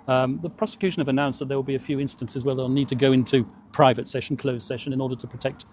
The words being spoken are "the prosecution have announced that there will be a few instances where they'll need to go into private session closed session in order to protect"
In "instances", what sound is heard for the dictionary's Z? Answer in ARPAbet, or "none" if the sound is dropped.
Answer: Z